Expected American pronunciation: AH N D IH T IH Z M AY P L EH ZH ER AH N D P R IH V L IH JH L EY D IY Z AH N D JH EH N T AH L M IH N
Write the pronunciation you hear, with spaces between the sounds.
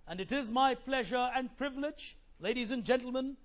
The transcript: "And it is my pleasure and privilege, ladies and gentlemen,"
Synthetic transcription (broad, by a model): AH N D IH T IH Z M AY P L EH ZH ER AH N P R IH V L IH JH L EY D IY Z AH N JH EH N T L M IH N